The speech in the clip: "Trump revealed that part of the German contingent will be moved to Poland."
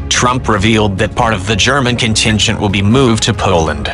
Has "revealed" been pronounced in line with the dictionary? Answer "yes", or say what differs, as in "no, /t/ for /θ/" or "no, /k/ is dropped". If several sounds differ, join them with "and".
yes